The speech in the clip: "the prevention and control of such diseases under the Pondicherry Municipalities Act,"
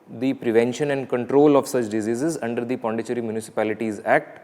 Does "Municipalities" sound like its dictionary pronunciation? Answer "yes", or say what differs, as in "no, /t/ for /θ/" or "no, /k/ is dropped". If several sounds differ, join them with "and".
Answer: yes